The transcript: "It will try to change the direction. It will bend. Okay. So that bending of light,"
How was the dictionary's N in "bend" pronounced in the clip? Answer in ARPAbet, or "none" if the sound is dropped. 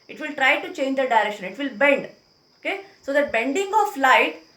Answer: N